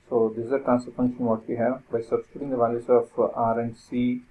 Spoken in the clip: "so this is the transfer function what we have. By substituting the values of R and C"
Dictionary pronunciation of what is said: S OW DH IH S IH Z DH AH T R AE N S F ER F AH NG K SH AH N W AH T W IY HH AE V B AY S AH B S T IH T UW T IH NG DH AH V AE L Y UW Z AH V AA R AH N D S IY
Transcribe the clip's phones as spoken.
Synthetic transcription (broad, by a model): S OW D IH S IH Z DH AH T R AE N S ER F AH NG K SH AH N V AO T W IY HH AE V B AY S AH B S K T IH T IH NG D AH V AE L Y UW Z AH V AA R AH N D S IY